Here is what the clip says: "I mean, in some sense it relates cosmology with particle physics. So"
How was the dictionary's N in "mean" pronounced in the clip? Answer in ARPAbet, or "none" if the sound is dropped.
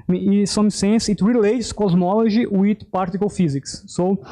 none